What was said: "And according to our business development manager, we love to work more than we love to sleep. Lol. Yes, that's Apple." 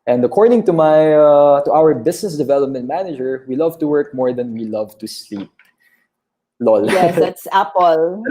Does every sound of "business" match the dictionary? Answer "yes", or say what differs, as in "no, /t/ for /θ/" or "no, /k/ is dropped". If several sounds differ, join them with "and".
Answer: no, /s/ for /z/